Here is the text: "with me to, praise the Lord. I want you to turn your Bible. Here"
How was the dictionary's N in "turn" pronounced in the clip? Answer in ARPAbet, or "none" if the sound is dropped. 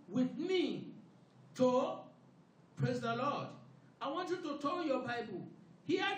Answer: L